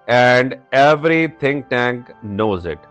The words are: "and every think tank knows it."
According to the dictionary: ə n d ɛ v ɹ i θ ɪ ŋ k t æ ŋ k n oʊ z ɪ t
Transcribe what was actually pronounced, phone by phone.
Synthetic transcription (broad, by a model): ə n d ɛ v ɹ i t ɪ ŋ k t æ ŋ k n oʊ z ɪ t